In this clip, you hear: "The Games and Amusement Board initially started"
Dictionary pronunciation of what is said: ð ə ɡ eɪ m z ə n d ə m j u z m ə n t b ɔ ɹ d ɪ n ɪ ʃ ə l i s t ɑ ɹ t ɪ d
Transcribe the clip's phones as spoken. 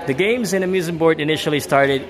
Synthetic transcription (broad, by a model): ð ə ɡ eɪ m z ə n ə m j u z ə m b ɔ ɹ d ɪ n ɪ ʃ l i s t ɑ ɹ t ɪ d